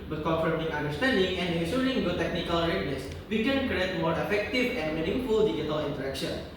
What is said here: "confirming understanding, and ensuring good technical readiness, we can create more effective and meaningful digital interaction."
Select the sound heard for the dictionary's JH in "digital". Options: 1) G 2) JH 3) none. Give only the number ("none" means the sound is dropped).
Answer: 3